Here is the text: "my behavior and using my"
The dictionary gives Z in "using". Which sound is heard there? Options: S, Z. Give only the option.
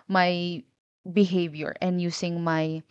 S